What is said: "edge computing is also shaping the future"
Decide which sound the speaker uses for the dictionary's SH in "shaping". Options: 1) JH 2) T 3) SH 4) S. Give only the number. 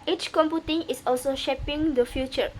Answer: 3